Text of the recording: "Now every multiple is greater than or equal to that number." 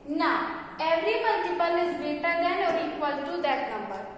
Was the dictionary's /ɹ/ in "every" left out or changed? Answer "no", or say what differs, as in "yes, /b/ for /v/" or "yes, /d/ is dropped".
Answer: no